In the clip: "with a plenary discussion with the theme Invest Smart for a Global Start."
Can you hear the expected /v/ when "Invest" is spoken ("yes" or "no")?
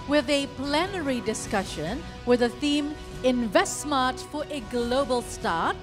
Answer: yes